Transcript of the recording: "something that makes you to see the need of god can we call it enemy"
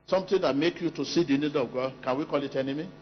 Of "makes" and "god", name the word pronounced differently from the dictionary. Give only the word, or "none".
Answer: makes